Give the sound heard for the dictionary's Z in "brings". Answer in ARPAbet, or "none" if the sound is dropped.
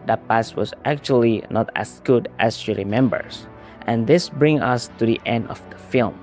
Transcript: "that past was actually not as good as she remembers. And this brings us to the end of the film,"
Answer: none